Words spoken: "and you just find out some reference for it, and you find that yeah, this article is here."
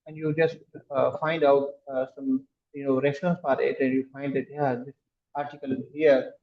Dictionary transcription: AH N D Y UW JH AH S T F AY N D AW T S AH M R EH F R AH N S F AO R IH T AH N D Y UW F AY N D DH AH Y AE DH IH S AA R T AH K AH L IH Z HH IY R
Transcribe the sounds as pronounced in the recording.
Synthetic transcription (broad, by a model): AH N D Y UW JH AH S T F AY N D AW T S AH M R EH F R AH N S P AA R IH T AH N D Y UW F AY N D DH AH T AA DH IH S AA R T AH K AH L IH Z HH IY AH